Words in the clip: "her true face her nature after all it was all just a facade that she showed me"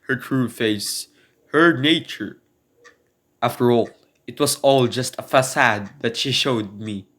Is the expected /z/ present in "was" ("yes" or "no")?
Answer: no